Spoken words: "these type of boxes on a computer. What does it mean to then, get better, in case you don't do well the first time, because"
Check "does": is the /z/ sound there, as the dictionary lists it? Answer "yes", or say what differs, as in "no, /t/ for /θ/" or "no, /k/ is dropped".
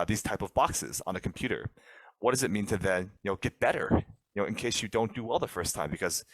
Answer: yes